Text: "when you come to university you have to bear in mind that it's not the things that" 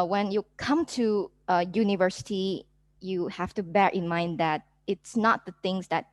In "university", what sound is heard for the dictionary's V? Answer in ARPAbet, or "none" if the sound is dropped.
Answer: V